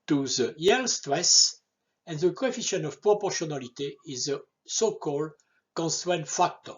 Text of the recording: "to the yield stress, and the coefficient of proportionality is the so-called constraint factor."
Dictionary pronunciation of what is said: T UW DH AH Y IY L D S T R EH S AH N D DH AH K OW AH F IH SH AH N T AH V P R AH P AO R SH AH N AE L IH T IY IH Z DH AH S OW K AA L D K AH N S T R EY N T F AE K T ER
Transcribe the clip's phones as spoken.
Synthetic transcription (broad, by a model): T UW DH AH Y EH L S T R EH S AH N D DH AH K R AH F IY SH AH N AH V P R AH P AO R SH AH N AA L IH T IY IH Z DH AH S OW K AA L D K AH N S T W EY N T F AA K T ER